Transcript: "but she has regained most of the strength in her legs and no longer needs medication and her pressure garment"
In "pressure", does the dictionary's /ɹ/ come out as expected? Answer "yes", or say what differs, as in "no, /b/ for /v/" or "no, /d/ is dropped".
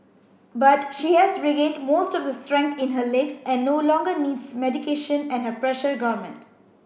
yes